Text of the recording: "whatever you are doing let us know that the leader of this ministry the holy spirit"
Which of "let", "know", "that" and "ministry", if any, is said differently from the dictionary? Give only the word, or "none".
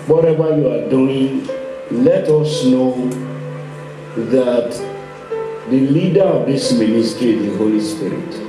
ministry